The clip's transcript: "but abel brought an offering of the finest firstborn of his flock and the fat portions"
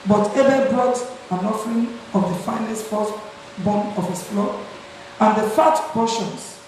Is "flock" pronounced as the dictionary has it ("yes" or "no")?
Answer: no